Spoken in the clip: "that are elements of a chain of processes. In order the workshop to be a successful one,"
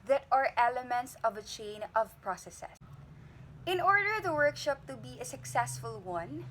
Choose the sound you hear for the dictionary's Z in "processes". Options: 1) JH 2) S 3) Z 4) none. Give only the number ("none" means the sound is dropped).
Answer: 4